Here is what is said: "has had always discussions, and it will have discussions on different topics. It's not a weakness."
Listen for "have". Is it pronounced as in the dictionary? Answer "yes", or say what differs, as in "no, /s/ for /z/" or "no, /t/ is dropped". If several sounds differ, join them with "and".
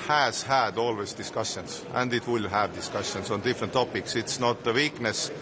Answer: yes